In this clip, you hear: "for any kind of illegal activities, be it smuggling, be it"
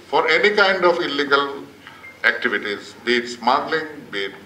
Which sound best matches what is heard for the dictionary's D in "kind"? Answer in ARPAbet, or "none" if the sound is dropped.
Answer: D